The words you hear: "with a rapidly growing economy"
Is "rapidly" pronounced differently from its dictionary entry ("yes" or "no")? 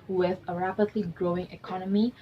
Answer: no